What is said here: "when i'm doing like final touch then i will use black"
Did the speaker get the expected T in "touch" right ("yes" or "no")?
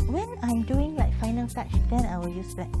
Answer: no